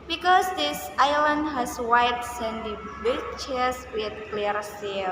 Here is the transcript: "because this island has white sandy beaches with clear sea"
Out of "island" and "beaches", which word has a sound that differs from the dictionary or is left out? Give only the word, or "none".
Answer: beaches